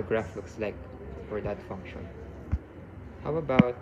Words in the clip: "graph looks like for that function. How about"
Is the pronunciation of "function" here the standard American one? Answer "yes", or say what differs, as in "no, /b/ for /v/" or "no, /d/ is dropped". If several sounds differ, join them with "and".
yes